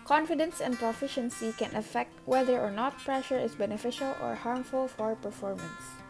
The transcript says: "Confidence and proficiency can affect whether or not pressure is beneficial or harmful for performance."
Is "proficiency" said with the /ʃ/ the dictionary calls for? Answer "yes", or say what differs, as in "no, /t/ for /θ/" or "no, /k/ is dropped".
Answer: yes